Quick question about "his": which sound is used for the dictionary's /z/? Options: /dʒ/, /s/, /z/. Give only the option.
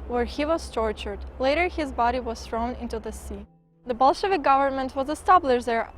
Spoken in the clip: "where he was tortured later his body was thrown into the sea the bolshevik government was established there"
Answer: /z/